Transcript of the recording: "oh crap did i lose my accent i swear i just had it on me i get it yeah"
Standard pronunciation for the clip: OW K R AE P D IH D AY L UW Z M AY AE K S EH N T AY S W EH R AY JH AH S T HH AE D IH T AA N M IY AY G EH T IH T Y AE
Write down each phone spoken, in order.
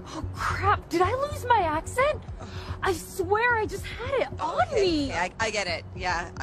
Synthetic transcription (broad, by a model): OW K R AE P D IH D AY L UW Z M AY AE K S EH N T AY S W EH R AY JH AH S T HH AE D IH T N M IY AY G EH T IH T Y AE